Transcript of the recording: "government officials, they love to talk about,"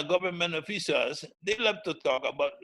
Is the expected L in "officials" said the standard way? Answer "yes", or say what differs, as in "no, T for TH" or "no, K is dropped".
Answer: no, L is dropped